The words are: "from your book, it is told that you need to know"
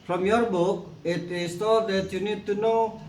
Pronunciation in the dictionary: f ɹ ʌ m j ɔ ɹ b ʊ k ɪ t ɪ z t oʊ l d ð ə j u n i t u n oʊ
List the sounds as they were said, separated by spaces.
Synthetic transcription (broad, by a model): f ɹ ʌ m j ɔ ɹ b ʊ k ɪ t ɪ s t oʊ d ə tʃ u n i t u n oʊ